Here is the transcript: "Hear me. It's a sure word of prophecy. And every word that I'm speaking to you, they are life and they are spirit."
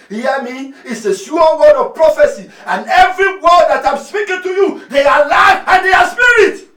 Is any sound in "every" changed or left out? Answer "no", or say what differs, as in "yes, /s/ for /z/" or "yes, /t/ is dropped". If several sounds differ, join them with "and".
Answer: no